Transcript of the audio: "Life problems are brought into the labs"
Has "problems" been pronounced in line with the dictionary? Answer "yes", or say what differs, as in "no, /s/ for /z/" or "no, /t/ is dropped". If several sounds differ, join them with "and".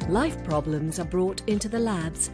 yes